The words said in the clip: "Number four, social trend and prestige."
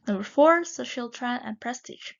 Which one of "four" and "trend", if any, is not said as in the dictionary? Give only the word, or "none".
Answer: trend